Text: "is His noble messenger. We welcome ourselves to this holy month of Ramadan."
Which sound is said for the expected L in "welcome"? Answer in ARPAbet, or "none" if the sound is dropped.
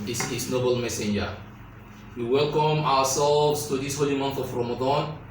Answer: L